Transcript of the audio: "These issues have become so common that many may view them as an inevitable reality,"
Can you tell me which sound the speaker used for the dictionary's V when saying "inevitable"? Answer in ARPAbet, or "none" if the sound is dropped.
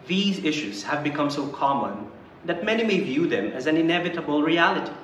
V